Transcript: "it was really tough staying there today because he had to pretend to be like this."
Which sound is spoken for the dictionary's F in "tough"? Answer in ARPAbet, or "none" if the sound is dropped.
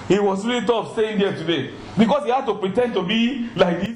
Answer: P